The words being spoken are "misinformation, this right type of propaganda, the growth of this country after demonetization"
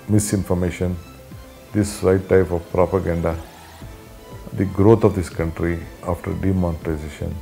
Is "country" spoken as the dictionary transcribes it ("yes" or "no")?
yes